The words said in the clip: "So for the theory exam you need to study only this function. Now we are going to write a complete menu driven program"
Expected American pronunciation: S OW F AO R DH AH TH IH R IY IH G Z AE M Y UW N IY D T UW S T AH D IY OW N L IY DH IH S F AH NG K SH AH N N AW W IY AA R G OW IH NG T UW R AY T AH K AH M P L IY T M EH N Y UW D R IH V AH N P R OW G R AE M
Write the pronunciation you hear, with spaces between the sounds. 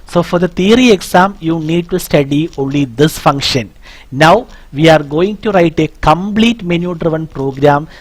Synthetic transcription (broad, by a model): S OW F AO R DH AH T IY R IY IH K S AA M Y UW N IY D T UW S T AH D IY OW N L IY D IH S F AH NG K SH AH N N AW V IY AA R G OW IH NG T UW R AY T AH K AH M P L IY T M EH N Y UW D R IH V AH N P R OW G R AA M